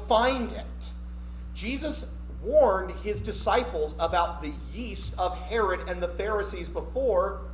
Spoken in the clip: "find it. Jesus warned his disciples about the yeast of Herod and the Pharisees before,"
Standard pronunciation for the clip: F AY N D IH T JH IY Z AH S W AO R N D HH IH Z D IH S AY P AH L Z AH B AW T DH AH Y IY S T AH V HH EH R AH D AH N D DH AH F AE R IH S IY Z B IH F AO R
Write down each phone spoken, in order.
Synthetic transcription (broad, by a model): F AY N D IH T JH IY Z AH S W AO R N D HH IH Z D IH S AY P L Z AH B AW T DH AH Y IY S T AH V HH EH R AH D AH N DH AH F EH R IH S IY Z B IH F AO R